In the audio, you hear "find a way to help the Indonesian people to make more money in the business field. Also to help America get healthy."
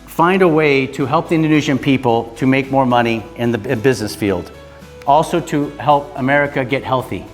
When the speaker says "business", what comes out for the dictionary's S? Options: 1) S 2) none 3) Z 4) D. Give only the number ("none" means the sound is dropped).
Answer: 1